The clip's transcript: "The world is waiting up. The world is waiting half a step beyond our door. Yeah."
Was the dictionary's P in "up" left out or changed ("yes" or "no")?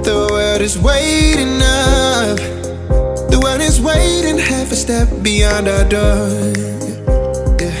yes